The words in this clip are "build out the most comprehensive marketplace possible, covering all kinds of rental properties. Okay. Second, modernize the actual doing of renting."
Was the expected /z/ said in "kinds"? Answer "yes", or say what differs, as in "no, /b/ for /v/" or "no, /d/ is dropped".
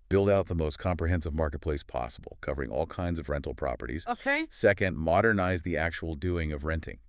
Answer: yes